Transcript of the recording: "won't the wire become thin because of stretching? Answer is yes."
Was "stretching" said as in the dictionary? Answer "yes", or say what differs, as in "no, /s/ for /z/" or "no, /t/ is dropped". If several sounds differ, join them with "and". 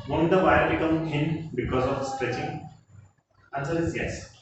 yes